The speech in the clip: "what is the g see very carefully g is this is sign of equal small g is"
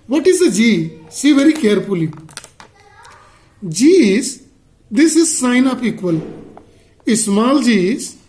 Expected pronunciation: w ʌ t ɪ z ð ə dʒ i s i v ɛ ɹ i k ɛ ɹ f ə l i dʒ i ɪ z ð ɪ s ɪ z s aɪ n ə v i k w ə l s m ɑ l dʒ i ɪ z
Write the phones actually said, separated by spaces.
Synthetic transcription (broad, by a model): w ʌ t ɪ z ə dʒ i s i v ɛ ɹ i k ɛ ɹ f ə l i dʒ i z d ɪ s ɪ z s aɪ n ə p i k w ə l s m ɑ l dʒ i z